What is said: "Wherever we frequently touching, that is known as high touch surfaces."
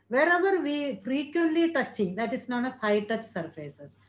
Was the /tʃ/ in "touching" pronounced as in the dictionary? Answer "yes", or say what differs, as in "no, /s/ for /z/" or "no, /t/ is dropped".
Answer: yes